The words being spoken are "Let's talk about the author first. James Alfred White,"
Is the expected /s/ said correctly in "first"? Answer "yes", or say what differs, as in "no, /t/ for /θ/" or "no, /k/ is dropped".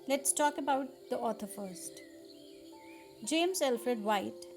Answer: yes